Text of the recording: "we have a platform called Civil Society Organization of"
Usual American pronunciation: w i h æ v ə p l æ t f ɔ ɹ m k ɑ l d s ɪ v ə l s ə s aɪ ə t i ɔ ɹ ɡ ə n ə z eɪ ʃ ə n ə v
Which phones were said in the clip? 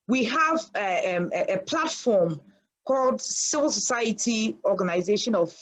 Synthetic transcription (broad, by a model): w i h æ v ə p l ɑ t f ɔ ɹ m k ɑ l d s ɪ v ə l s ə s aɪ ə t i ɔ ɡ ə n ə z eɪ ʃ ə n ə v